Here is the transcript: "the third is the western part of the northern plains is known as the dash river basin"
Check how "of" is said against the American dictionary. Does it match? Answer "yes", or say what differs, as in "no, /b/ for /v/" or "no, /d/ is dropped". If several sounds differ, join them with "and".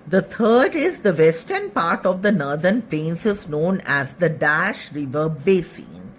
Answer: yes